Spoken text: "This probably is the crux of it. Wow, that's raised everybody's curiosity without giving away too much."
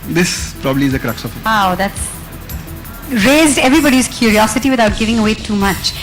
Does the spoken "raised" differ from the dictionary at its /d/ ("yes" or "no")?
no